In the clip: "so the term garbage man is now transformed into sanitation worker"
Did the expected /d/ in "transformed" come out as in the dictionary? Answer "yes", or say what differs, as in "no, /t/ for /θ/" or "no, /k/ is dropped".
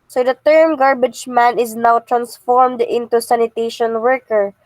yes